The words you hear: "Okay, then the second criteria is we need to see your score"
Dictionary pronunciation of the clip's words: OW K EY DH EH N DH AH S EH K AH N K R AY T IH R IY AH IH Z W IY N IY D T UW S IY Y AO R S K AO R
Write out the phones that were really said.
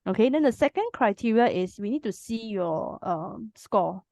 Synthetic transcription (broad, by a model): OW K EY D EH N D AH S EH K AH N K R AY T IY R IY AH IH S W IY N IY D T UW S IY Y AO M S K AO